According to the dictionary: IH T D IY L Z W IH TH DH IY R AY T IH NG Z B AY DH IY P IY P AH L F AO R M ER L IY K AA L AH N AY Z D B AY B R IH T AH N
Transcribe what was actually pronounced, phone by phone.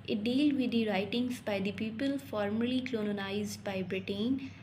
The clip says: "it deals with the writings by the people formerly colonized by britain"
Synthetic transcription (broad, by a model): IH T D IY L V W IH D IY R AY T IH NG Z B AY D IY P IY P AH L F AO R M ER L IY K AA N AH N AY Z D B AY B R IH T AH N